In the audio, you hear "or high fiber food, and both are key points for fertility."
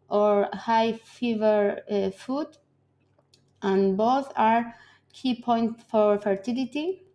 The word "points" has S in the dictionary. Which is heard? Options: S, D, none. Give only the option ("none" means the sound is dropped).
none